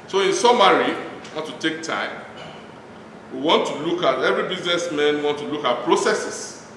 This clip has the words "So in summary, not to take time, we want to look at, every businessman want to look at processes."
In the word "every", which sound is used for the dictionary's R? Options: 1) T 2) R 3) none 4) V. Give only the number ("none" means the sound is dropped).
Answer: 2